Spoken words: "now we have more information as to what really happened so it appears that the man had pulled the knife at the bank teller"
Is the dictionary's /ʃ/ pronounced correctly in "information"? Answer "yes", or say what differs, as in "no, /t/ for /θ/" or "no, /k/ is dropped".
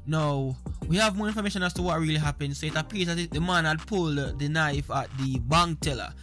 yes